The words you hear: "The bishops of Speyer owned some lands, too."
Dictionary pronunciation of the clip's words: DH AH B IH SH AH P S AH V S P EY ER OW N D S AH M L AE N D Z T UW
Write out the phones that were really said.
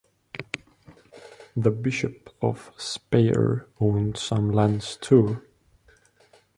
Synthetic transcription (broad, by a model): DH AH B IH SH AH P AH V S P EY ER OW N D S AH M L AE N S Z T UW